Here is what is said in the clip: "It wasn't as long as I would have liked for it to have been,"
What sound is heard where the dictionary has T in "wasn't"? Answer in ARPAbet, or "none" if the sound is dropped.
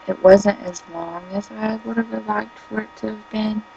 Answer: T